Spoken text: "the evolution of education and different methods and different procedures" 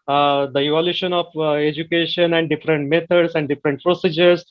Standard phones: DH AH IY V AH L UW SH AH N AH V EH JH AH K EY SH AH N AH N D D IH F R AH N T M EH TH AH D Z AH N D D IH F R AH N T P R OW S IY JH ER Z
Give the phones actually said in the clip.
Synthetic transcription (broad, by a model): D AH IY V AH L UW SH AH N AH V EH JH AH K EY SH AH N AH N D D IH F R AH N T M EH T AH D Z AH N D D IH F R AH N T P R OW S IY JH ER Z